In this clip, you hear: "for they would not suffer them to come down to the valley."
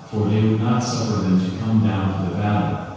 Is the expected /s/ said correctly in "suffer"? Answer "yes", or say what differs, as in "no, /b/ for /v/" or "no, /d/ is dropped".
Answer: yes